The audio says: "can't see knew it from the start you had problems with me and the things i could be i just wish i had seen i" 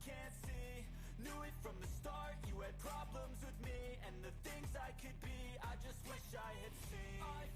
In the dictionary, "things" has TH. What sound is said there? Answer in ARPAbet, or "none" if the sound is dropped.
TH